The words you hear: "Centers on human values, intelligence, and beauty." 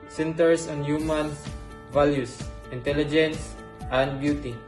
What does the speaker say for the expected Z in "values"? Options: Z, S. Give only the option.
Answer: S